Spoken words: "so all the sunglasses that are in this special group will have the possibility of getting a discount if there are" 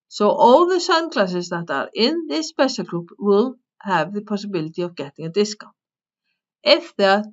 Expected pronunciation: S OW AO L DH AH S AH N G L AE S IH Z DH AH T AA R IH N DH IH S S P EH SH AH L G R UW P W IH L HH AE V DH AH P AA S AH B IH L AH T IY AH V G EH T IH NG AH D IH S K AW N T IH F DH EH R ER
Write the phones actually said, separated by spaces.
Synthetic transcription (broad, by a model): S OW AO W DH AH S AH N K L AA S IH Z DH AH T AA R IH N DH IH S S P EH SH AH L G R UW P W IH L HH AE V DH AH P AA S AH B IH L AH T IY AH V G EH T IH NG AH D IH S K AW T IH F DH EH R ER